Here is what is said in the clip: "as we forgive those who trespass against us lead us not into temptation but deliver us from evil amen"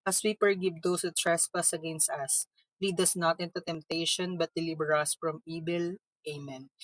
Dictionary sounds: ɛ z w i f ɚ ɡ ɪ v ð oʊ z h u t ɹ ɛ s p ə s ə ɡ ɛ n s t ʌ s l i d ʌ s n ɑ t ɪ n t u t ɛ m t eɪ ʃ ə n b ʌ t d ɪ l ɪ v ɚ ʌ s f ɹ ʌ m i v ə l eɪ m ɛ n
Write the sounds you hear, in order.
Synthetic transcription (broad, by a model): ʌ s w i p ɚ ɡ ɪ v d oʊ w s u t ɹ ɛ s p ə s ə ɡ ɛ n s t ʌ s l i d ʌ s n ɑ t ɪ n t u t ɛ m t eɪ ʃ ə n b ʌ t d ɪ l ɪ b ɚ ʌ s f ɹ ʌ m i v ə l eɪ m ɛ n